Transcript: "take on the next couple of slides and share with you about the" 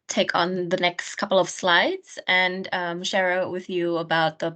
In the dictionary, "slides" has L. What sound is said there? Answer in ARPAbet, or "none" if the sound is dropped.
L